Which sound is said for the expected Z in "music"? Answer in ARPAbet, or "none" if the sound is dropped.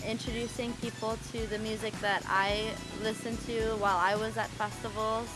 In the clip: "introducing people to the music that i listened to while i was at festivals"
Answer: Z